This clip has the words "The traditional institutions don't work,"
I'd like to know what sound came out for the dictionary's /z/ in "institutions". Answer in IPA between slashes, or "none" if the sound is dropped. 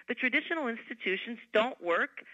/z/